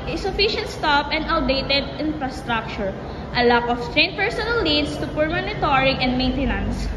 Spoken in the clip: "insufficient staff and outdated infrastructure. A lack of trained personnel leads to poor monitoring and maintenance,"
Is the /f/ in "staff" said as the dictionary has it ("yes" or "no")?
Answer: no